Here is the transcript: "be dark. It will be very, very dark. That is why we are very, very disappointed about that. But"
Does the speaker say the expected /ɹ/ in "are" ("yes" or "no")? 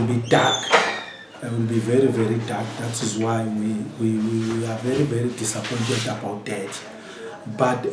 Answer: no